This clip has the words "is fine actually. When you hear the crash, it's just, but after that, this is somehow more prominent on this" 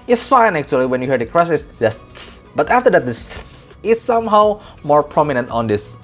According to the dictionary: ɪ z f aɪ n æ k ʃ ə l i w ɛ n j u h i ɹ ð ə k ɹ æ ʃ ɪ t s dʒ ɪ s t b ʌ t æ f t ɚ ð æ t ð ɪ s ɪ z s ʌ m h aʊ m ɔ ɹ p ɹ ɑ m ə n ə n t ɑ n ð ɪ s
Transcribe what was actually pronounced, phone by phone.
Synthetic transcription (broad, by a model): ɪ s f aɪ n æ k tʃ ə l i w ɛ n j u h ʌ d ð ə k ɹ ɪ s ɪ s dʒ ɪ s b ʌ t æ f t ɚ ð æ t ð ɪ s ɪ s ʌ m h aʊ m ɔ ɹ p ɹ ɑ m ə n ə n t ɑ n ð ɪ s